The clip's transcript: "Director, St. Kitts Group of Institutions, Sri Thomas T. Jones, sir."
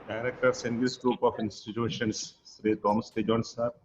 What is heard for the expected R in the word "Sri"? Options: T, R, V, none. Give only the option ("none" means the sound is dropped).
R